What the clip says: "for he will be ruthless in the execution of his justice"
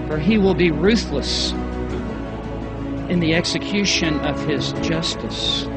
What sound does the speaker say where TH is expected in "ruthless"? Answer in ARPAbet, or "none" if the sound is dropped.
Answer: TH